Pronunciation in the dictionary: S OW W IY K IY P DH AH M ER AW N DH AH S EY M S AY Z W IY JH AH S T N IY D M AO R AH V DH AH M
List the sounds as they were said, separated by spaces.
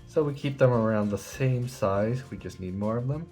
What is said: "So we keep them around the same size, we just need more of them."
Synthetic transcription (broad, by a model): S OW W IY K IY P DH AH M ER AW N DH AH S EY M S AY Z W IY JH AH S T N IY D M AO R AH V DH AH M